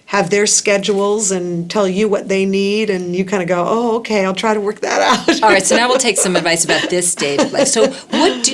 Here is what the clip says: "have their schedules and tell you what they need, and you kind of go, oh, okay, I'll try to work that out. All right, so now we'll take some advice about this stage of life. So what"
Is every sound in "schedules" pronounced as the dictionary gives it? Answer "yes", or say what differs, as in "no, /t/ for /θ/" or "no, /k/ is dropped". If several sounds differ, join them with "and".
yes